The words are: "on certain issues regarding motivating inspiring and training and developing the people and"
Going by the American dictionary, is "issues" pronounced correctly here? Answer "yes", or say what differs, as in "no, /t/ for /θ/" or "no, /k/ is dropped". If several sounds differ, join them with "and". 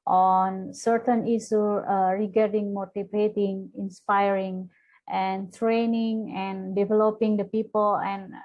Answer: no, /z/ is dropped